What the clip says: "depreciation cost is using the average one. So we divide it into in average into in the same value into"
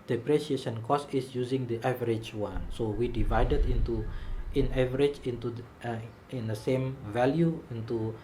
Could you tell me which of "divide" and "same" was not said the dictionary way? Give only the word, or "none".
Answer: none